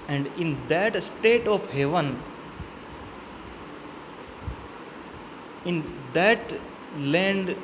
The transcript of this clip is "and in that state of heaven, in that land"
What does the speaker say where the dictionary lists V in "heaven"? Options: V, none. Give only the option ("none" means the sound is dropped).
V